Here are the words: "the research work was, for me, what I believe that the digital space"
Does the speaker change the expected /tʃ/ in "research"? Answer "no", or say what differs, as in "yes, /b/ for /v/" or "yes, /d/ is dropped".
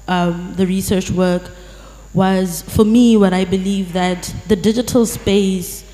no